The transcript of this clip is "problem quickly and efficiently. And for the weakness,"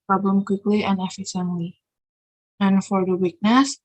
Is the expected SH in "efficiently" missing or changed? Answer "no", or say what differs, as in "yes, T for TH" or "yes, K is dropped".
yes, S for SH